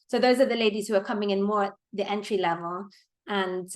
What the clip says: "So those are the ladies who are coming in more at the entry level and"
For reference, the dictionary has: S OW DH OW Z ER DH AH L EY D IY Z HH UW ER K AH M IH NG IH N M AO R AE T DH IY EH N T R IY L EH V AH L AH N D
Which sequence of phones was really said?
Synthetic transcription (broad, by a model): S OW DH OW Z ER DH AH L EY D IY Z HH UW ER K AH M IH NG IH N M AO R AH T DH IY EH N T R IY L EH V AH L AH N